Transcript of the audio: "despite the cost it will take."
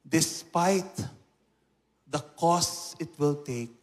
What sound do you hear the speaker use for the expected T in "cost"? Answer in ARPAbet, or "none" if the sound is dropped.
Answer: none